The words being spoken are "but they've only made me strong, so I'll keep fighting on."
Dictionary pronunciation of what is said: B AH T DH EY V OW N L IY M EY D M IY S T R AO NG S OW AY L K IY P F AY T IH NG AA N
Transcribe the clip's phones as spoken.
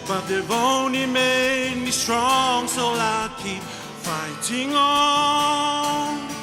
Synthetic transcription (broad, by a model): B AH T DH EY B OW N IY M EY D M IY S T R AO NG S OW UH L K IY P F AY T IH NG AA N